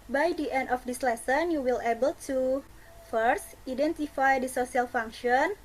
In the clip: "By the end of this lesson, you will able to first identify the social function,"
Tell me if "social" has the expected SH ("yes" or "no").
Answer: no